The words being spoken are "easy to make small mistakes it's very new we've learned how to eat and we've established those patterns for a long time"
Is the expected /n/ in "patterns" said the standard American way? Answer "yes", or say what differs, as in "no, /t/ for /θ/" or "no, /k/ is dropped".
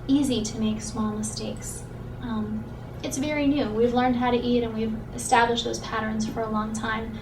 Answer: yes